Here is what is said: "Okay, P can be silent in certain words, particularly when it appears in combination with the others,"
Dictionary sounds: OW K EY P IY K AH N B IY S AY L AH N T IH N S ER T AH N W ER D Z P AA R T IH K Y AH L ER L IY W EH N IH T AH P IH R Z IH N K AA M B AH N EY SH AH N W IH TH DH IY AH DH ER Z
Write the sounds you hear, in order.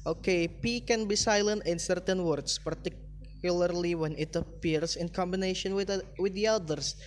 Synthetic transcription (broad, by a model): OW K EY P IY K AH N B IY S AY L AH N T IH N S ER T AH N W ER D S P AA R T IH K Y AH L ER L IY W EH N IH T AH P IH R S IH N K AA M B AH N EY SH AH N W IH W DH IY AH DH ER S